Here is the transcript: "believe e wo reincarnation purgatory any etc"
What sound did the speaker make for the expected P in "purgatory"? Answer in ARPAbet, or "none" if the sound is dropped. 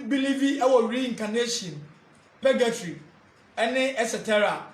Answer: B